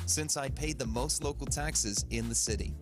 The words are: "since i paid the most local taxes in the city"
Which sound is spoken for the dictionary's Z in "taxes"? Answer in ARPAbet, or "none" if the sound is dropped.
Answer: Z